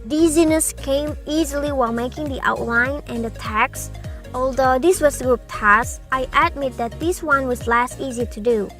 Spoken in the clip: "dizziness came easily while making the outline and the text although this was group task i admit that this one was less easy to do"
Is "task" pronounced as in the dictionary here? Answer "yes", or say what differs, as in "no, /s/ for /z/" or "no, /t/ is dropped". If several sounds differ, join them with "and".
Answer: no, /k/ is dropped